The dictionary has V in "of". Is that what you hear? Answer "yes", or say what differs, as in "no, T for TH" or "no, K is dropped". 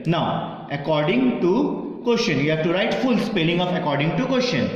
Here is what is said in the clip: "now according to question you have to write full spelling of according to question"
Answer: no, P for V